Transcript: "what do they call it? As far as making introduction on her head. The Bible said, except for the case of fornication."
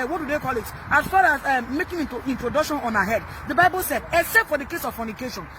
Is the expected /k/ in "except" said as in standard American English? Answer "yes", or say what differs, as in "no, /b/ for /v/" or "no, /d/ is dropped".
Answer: no, /k/ is dropped